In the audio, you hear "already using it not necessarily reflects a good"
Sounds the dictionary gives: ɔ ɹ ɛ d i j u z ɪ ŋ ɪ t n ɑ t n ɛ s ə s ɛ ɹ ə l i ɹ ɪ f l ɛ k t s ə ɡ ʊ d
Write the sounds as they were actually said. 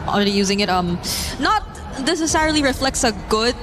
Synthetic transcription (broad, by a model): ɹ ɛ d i j u z ɪ ŋ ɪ t n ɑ t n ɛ s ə s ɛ ɹ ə l i ɹ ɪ f l ɛ k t s ə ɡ ʊ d